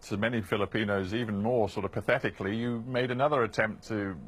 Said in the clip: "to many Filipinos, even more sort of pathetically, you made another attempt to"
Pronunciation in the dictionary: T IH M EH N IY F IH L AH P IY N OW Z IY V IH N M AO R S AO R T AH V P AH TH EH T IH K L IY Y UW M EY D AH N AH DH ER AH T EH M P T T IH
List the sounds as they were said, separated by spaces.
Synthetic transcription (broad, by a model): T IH M EH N IY F IH L AH P IY N OW Z IY V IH N M AO R S AO R T AH V P AH TH EH T IH K L IY Y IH M EY D AH N AH DH ER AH T EH M P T T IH